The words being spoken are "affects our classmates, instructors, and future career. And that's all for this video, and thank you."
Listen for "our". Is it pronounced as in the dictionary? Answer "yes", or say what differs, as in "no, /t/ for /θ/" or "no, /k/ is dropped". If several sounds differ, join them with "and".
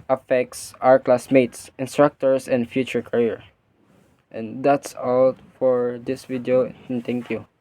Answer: yes